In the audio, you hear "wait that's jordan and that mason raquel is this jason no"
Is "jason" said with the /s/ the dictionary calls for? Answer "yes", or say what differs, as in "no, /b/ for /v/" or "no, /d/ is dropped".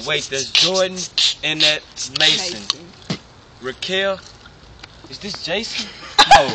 no, /s/ is dropped